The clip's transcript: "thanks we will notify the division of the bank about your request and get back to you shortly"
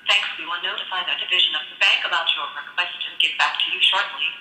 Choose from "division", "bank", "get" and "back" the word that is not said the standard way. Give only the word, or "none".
none